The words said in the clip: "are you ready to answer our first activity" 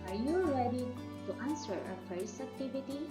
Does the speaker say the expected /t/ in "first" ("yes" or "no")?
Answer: no